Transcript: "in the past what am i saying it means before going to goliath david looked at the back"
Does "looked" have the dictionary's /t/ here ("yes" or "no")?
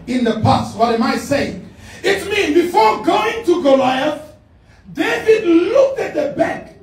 yes